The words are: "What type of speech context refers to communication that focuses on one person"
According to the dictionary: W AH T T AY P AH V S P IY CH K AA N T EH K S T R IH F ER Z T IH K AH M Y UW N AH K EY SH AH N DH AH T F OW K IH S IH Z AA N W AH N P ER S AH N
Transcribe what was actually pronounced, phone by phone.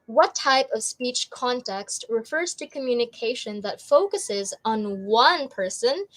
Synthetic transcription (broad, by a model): W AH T T AY P AH V S P IY CH K AA N T EH K S T R IH F ER Z T IH K AH M Y UW N AH K EY SH AH N DH AH T F OW K IH S IH Z N W AH N P ER S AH N